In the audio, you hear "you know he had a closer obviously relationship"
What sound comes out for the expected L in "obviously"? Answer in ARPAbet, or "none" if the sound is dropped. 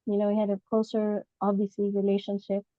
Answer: none